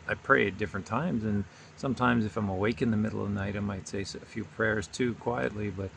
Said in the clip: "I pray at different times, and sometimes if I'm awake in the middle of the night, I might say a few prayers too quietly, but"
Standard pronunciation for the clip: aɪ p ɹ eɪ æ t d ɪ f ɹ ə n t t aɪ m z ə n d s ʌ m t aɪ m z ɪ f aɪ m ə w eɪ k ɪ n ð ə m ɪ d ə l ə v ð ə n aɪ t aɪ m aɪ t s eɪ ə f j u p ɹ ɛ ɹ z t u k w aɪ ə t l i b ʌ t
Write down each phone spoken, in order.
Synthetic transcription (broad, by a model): aɪ p ɹ eɪ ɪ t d ɪ f ɹ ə n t t aɪ m z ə n s ʌ m t aɪ m z ɪ f aɪ m ə w eɪ k ɪ n ð ə m ɪ d l ə v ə n aɪ t aɪ m aɪ t s eɪ ə f j u p ɹ ɛ ɹ z t u k w aɪ ə t l i b ʌ t